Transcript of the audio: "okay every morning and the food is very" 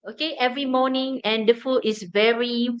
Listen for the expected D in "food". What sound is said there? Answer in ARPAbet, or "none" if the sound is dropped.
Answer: none